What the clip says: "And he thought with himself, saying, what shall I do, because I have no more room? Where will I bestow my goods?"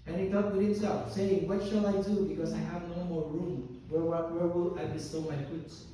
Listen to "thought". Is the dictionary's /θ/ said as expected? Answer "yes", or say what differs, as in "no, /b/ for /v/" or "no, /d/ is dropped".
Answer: no, /t/ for /θ/